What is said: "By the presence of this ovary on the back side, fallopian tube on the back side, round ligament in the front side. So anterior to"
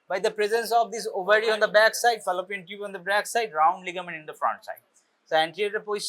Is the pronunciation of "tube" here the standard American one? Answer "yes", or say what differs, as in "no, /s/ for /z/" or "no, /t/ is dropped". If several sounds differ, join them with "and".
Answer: no, /b/ is dropped